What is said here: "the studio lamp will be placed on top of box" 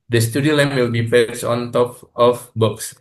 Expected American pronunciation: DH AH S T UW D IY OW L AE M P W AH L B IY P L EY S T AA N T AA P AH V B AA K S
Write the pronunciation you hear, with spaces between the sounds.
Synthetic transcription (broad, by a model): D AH S T UW D IY OW L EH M W AH L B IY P EY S AA N T AA P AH F B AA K S